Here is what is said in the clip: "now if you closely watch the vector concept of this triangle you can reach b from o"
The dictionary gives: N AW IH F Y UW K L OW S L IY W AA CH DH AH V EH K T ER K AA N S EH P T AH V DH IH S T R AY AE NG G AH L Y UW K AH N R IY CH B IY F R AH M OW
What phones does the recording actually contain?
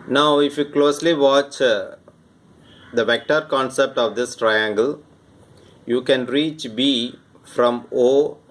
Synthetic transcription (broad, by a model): N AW IH F Y UW K L OW S L IY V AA CH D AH V EH K T ER K AA N S EH P T AH V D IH S T R AY AE NG G AH L Y UW K AH N R IY CH B IY F R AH M OW